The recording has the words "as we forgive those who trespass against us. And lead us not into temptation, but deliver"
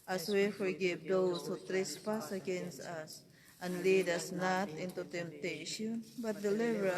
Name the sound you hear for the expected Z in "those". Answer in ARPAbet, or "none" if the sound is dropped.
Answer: S